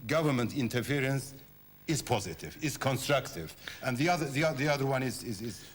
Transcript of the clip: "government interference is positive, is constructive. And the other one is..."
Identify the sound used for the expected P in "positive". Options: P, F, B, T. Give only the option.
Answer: P